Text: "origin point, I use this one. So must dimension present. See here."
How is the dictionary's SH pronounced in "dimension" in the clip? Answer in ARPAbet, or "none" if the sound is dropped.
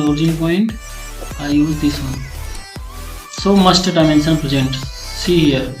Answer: S